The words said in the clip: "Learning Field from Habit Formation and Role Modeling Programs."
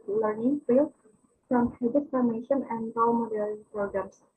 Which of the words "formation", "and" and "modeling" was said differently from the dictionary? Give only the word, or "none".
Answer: modeling